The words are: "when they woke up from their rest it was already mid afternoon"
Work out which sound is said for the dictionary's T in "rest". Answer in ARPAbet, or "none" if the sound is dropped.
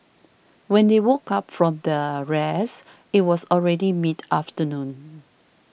none